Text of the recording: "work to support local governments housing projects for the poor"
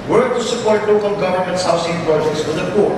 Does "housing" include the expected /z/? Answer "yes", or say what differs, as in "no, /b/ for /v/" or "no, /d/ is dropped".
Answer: no, /s/ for /z/